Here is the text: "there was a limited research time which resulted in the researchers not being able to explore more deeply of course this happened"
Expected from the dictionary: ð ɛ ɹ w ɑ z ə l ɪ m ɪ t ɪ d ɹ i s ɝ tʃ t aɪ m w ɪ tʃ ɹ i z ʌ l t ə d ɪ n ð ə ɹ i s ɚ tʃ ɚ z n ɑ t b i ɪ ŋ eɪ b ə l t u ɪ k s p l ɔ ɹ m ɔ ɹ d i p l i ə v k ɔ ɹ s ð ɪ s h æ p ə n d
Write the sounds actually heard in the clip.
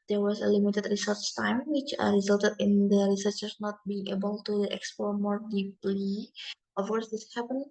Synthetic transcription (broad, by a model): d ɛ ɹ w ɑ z ə l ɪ m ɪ t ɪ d ɹ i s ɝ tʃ t aɪ m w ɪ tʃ ɹ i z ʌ l t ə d ɪ n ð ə ɹ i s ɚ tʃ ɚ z n ɑ t b i ɪ ŋ eɪ b ə l t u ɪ k s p ɔ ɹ m ɔ ɹ d i p l i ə f k ɔ ɹ s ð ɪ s h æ p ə n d